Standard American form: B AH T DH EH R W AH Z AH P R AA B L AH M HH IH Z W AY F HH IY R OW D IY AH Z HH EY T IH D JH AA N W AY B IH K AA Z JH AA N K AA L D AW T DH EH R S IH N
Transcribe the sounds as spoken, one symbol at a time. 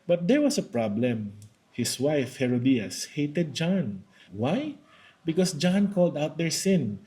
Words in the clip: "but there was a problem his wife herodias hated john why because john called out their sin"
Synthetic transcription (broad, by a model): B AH T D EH R W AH S AH P R AA B L AH M HH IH S W AY F HH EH R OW D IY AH S HH EY T IH D JH AA N W AY B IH K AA S JH AA N K AA L D AW T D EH R S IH N